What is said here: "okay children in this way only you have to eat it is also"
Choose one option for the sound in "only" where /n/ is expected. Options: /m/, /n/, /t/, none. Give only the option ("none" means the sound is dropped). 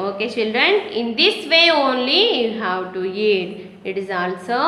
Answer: /n/